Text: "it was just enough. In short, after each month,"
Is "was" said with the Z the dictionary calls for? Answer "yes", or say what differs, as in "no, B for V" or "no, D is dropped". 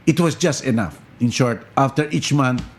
no, S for Z